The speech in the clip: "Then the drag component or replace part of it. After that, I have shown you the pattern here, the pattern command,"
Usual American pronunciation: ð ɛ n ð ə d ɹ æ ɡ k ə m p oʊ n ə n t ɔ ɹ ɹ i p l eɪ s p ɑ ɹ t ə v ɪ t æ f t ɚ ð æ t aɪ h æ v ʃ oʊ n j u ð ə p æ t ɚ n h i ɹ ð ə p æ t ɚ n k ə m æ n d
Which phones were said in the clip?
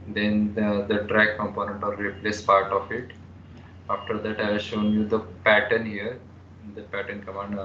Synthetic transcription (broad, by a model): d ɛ n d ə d ɹ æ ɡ k ə m p oʊ n ə n t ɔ l ɹ i p l eɪ s p ɑ ɹ t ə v ɪ t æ f t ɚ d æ t aɪ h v ʃ oʊ n j u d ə p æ t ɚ n h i ɹ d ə p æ t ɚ n k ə m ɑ n d